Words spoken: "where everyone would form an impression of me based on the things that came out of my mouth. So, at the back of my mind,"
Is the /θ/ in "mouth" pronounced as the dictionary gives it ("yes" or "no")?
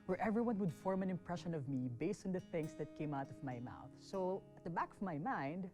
yes